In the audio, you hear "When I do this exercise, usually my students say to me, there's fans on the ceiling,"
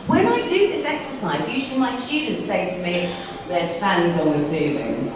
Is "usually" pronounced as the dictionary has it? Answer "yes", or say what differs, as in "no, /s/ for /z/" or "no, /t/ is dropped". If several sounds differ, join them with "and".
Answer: yes